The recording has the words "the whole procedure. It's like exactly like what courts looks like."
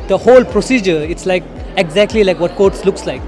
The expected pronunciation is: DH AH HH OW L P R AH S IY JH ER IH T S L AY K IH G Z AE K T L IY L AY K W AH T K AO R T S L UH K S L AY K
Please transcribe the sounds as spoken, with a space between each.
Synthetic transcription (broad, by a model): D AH HH OW L P R AH S IY JH ER IH T S L AY K IH G Z AE K T L IY L AY K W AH T K AO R T S L UH K S L AY K